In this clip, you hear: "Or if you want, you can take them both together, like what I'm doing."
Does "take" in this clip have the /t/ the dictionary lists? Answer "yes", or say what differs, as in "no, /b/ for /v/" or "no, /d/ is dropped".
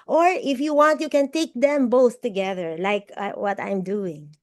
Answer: yes